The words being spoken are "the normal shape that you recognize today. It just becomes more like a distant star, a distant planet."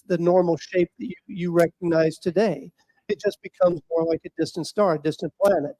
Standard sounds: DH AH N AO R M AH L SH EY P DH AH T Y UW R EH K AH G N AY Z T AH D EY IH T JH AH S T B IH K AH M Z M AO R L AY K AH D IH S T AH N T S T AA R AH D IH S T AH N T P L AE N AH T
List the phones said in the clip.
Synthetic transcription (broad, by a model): DH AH N AO R M L SH EY P DH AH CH Y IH R EH K AH G N AY Z T AH D EY IH T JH AH S B IH K AH M Z M AO R L AY K AH D IH S T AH N T S T AA R D IH S T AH N P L AE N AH T